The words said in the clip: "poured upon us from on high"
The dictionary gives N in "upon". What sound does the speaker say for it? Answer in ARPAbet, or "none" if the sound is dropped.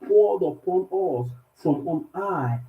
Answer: N